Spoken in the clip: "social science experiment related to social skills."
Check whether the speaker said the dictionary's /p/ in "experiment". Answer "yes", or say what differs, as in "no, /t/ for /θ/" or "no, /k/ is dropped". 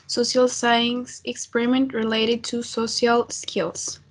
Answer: yes